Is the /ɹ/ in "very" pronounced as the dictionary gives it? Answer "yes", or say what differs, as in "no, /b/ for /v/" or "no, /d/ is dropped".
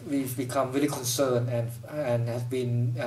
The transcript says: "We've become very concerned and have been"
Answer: no, /l/ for /ɹ/